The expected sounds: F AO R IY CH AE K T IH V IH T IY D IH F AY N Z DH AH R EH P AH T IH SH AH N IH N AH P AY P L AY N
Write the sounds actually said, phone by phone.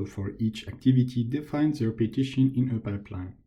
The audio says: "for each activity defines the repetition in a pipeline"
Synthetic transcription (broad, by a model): F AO R IY CH AE K T IH V IH T IY D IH F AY N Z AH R P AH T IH SH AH N IH N AH P AY P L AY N